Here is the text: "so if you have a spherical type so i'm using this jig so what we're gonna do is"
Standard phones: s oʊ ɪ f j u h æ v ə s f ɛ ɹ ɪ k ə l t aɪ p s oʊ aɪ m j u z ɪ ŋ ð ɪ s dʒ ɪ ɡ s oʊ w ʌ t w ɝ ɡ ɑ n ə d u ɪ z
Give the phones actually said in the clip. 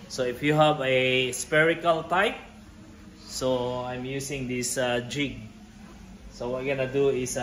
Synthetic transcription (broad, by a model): s oʊ ɪ f j u h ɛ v ə s p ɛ ɹ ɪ k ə l t aɪ p s oʊ aɪ m j u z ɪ ŋ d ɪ s dʒ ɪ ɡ s oʊ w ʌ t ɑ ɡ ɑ n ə d u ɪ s